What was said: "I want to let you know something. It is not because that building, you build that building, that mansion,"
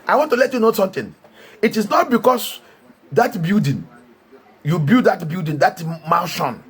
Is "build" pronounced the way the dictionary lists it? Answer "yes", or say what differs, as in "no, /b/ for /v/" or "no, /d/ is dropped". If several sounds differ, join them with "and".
no, /l/ is dropped